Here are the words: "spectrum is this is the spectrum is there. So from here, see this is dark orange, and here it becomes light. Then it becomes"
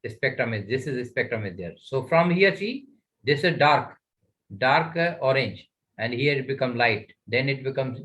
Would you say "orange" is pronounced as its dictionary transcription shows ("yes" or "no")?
yes